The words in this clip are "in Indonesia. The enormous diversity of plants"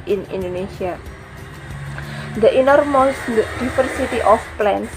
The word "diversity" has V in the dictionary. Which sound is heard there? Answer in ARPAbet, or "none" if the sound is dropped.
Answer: F